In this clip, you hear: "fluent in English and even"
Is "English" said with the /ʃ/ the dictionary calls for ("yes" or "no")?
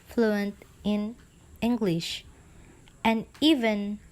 yes